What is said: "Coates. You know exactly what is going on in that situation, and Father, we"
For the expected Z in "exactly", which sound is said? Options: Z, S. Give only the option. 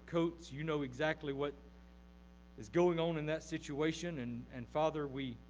Z